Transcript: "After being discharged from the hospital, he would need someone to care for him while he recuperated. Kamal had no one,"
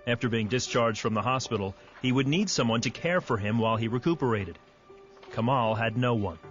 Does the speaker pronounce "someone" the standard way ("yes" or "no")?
yes